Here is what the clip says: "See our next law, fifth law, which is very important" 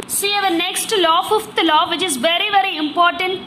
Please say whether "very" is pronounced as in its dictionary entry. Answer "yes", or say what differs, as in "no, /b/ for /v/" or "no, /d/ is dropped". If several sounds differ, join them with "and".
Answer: yes